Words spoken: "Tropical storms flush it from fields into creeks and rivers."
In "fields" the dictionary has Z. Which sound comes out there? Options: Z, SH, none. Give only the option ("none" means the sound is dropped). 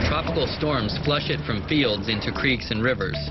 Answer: Z